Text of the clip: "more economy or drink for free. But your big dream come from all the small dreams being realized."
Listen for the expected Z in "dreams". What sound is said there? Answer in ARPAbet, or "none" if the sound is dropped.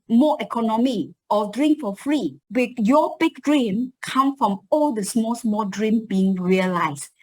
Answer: none